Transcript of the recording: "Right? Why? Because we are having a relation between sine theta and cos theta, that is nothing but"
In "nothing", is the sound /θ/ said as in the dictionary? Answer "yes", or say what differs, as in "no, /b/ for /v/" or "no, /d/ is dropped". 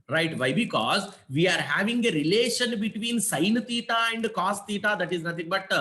no, /t/ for /θ/